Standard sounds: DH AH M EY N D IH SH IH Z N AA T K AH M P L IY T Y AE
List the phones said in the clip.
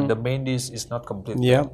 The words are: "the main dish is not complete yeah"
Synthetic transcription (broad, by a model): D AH M EY N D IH S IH S N AA T K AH M P L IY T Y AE